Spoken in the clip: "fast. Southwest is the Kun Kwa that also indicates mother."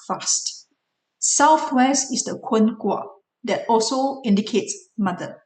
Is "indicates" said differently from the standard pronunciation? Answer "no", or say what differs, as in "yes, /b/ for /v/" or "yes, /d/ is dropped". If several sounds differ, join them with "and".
no